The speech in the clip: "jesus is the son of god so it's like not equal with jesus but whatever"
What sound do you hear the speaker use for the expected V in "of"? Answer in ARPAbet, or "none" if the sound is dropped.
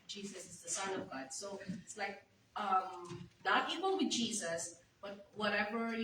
V